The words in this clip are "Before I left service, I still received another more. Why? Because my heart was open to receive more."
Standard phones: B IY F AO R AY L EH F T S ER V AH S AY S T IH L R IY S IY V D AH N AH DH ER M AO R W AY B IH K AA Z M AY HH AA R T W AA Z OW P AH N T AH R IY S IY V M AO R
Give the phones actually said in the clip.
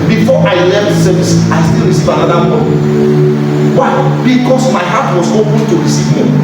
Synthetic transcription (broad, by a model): B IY F AO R AY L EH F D S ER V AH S AY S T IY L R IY S IY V AH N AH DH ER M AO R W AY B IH K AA S M AY HH AA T W AA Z OW P AH N T AH R IY S IY V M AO